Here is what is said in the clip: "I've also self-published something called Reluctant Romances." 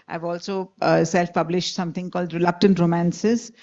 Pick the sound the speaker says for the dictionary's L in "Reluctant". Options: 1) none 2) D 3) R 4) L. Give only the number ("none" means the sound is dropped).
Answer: 4